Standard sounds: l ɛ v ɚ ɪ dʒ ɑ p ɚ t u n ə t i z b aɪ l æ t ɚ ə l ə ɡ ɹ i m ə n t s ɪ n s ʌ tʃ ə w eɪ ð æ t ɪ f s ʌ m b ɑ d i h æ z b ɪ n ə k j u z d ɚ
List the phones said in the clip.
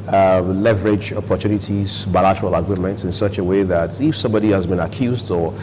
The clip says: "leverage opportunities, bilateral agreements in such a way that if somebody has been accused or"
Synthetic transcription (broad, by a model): l ɛ v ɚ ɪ dʒ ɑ p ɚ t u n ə t i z b aɪ l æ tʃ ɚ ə l ə ɡ ɹ i m ə n t s ɪ n s ʌ tʃ ə w eɪ ð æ t ɪ f s ʌ m b ɑ d i h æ z b ɪ n ə k j u z d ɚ